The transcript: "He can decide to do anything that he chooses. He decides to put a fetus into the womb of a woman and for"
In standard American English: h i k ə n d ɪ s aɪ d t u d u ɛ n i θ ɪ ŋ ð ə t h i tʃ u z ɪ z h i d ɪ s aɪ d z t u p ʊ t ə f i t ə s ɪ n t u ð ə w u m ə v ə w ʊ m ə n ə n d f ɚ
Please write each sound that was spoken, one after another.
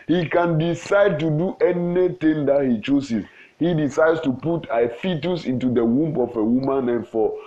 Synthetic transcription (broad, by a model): h i k ə n d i s aɪ d t u d u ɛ n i t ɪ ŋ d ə t h i tʃ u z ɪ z h i d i s aɪ d s t u p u t ə f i t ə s ɪ n t u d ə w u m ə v ə w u m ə n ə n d f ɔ